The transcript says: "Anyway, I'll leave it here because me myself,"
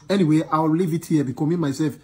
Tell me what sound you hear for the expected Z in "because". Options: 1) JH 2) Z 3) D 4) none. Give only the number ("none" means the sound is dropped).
4